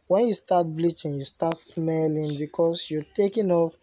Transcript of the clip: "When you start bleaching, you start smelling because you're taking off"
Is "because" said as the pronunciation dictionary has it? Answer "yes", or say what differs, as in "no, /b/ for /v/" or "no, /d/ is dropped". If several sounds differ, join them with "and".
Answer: no, /s/ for /z/